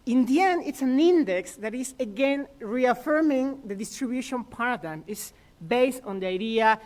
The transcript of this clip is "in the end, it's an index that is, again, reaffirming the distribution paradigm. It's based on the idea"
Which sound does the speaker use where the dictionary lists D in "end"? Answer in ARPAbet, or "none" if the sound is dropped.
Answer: none